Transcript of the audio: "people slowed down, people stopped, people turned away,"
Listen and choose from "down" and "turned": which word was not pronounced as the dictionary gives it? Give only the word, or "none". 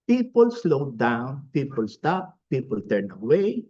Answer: turned